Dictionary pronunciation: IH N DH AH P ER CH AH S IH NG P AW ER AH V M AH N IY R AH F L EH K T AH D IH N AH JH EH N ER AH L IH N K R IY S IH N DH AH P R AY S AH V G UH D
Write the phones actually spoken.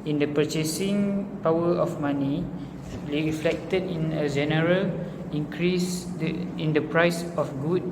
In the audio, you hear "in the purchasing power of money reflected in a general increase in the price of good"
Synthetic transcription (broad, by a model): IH N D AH P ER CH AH S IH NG P AW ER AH F M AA N IY L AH F L EH K T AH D IH N AH JH EH N ER AH L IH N K R IY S IH N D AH P R AY S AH F G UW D